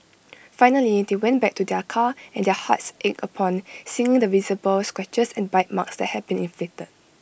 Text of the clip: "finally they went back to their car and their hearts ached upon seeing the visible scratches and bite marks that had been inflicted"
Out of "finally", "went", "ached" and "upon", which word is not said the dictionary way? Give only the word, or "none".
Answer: ached